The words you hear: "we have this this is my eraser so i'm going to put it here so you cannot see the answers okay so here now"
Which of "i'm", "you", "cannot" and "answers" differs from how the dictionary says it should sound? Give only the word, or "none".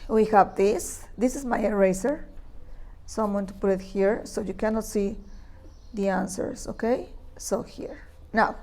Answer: answers